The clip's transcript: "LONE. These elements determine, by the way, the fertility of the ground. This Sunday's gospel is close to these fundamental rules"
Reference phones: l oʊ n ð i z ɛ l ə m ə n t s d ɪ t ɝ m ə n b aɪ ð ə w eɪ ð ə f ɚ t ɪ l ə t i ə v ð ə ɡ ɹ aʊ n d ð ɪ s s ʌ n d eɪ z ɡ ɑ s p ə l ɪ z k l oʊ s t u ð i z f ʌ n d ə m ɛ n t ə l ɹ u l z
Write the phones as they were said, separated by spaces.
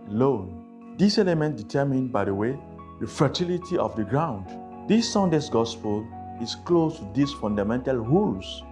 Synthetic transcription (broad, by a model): l oʊ n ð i s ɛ l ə m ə n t d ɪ t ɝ m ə n b aɪ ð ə w eɪ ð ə f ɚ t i l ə t i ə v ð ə ɡ ɹ aʊ n d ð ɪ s s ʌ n d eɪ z ɡ ɑ s p ə l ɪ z k l oʊ s t u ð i s f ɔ n d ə m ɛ n t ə l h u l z